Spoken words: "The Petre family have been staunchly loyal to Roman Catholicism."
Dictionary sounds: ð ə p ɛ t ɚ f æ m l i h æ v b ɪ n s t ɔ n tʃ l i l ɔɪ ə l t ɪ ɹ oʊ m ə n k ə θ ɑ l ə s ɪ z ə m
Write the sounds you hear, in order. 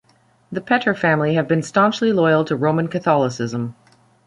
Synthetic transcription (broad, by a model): ð ə p ɛ t ɚ f æ m l i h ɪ v b ɪ n s t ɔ n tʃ l i l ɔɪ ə l t ɪ ɹ oʊ m ə n k ə θ ɑ l ə s ɪ z ə m